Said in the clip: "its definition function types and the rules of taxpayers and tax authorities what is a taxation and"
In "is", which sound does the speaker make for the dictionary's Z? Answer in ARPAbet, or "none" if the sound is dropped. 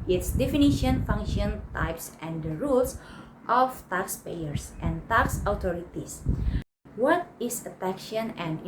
S